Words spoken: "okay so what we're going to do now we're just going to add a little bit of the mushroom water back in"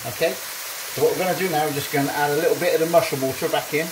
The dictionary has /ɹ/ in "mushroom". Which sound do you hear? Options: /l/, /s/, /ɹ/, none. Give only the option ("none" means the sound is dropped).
none